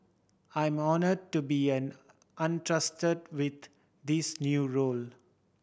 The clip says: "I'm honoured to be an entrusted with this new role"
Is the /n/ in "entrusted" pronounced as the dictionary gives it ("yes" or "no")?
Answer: yes